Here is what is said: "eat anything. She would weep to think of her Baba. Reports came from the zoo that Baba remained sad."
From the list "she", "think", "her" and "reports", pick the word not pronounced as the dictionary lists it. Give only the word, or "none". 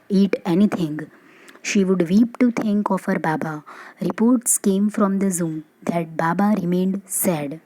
think